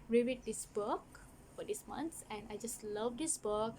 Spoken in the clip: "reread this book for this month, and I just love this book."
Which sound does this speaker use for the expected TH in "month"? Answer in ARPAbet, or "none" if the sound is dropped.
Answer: S